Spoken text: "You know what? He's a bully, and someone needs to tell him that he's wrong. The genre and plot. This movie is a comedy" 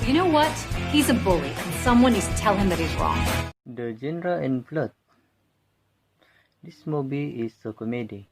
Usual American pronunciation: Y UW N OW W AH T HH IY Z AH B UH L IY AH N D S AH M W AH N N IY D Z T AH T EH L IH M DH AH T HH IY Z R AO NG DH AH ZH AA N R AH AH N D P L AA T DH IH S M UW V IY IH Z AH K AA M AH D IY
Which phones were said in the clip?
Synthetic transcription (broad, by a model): Y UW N OW W AH T HH IY Z AH B UH L IY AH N S AH M W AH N N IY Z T T EH L IH M DH AH T HH IY Z R AO NG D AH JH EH N R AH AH N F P L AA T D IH S M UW B IY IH S AH K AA M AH D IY